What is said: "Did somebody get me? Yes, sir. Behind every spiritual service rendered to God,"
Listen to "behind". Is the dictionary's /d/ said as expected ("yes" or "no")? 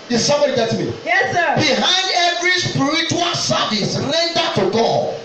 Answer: yes